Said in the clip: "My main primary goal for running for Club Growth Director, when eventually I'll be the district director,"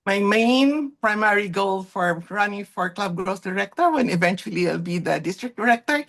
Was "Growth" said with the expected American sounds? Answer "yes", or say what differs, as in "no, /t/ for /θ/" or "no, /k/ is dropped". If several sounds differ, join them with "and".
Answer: no, /s/ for /θ/